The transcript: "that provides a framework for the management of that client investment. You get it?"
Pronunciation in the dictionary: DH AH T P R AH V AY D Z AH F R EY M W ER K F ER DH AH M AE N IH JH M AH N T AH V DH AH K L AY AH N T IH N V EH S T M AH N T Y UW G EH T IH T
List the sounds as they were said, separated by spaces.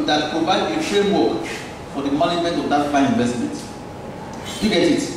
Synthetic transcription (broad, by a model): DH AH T P R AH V AY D AH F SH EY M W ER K F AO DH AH M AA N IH JH M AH N T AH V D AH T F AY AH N IH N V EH S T M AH N T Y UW G EH T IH T